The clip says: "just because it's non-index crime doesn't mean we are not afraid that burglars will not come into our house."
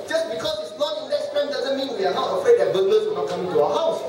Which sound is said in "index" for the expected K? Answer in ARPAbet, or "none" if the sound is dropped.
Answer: none